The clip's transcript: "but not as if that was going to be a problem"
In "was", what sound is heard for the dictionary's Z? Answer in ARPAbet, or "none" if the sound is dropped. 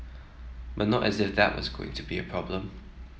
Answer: Z